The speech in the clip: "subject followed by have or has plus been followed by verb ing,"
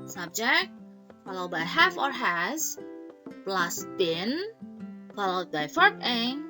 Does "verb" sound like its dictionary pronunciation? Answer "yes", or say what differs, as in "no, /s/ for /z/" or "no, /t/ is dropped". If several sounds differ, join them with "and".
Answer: no, /f/ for /v/